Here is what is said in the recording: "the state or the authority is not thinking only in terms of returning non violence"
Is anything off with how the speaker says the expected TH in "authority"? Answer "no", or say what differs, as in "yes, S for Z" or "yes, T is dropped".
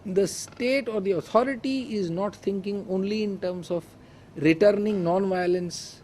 yes, T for TH